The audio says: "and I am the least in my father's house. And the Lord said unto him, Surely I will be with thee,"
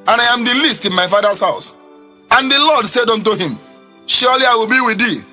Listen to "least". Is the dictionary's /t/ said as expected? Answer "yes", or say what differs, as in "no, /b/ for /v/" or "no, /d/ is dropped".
yes